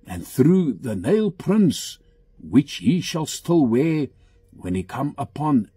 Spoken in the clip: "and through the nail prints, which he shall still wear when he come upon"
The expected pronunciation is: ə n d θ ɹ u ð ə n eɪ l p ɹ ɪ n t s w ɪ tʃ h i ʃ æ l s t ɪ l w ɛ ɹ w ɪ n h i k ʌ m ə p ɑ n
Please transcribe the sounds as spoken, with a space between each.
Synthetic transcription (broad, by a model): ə n θ ɹ u ð ə n eɪ l p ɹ ɪ n s w ɪ tʃ h i ʃ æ l s t ɪ l w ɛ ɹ w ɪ n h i k ʌ m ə p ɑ n